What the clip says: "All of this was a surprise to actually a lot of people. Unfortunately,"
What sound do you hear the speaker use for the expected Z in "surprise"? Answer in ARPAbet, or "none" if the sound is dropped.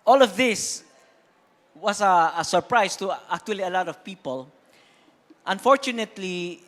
S